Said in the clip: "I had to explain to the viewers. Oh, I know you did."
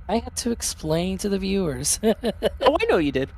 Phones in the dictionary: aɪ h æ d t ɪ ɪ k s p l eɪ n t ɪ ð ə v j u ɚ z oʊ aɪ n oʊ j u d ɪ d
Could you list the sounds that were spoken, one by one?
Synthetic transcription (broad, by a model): aɪ h æ d t ɪ ɪ k s p l eɪ n t ɪ ð ə v j u ɚ z oʊ aɪ n oʊ j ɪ d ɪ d